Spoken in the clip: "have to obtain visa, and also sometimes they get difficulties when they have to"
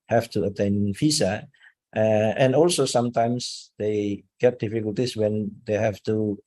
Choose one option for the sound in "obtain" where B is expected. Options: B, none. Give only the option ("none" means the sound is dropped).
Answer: none